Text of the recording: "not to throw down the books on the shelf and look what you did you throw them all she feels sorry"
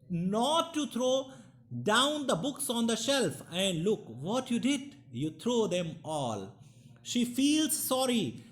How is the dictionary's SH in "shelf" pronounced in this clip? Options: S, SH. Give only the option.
SH